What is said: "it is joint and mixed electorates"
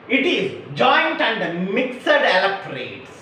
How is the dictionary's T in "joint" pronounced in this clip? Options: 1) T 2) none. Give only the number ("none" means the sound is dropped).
1